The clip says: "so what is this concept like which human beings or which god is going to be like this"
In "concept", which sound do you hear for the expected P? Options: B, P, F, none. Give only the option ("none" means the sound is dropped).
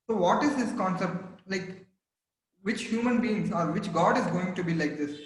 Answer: P